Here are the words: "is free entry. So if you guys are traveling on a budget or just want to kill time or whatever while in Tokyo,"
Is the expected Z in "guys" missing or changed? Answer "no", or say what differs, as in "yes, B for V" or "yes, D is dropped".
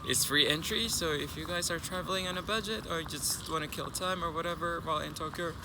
no